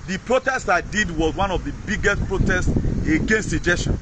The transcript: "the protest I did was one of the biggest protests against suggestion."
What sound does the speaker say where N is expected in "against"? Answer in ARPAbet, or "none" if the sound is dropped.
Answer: N